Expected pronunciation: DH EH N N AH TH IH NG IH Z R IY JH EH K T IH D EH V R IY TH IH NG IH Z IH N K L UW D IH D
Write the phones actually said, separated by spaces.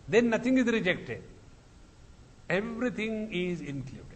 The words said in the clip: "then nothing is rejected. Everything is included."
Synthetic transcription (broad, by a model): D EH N N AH T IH NG IH Z R IY JH EH K T IH D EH V R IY T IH NG IH Z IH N K L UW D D